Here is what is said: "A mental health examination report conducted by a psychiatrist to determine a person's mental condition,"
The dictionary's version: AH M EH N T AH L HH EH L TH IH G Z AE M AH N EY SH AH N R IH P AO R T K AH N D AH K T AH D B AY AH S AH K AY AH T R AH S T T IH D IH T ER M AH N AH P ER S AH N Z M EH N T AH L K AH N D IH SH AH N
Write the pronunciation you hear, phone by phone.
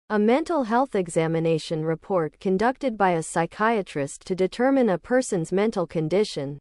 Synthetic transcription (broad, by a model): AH M EH N T L HH EH L TH IH G Z AE M AH N EY SH AH N R IH P AO R T K AH N D AH K T AH D B AY AH S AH K AY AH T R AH S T T IH D IH T ER M AH N AH P ER S AH N Z M EH N T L K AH N D IH SH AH N